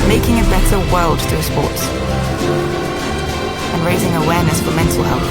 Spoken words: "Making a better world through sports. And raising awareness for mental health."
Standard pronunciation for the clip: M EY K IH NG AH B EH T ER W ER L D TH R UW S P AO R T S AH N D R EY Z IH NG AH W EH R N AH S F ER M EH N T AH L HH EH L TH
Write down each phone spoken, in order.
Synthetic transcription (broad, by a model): M EY K IH NG AH B EH T ER W ER L D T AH S P AO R T S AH N R EY Z IH NG AH W EH R N AH S F ER M EH N T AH L HH EH L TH